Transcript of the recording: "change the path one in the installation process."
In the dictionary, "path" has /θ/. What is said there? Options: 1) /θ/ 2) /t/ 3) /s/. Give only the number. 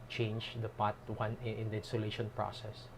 2